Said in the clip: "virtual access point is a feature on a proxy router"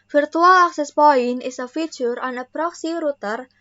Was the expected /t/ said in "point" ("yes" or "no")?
no